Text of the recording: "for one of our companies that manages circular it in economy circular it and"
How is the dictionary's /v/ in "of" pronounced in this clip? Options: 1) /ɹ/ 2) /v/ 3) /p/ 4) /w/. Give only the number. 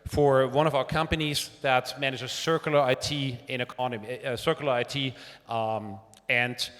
2